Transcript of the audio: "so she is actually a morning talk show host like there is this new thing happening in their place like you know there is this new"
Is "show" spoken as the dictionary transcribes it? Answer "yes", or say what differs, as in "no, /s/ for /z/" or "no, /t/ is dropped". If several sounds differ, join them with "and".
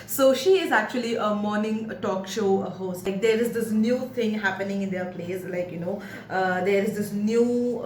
yes